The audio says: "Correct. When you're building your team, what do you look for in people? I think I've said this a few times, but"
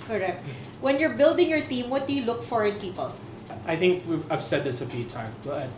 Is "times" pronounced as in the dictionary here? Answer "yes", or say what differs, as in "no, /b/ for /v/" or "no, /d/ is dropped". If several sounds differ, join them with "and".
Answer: no, /z/ is dropped